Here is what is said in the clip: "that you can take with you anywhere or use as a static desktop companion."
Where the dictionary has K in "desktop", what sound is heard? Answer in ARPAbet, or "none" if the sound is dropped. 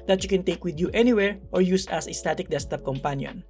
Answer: none